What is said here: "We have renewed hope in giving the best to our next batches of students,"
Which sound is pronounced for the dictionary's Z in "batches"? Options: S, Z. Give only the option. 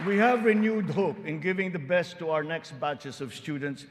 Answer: S